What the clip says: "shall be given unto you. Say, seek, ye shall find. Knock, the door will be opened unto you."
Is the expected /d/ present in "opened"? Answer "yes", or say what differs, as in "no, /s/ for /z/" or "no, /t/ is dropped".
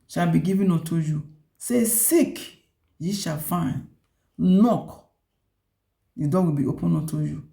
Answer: no, /d/ is dropped